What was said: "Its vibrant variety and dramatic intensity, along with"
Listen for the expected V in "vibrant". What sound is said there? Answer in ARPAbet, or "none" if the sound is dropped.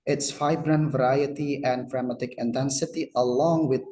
F